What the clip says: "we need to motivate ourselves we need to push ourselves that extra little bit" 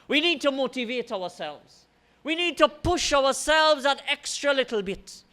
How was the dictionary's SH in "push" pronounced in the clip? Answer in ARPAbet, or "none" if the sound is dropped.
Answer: SH